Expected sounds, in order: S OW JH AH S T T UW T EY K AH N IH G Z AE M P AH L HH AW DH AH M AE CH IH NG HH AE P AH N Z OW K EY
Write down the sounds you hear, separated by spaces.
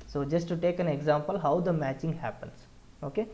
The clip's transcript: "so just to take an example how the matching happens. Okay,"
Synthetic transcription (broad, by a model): S OW JH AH S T T UW T EY K AH N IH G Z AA M P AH L HH AW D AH M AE CH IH NG HH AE P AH N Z OW K EY